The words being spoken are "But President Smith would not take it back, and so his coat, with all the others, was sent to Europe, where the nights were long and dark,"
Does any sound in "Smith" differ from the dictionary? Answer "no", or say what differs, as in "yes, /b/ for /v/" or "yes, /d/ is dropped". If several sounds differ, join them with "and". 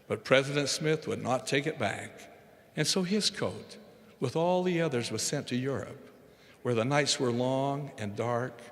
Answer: no